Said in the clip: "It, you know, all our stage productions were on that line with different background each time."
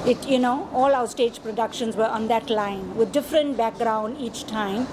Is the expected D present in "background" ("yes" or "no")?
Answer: yes